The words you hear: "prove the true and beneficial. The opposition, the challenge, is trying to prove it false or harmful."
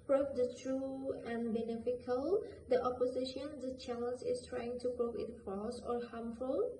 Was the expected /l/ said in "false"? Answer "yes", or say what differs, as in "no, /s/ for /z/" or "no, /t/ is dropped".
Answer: no, /l/ is dropped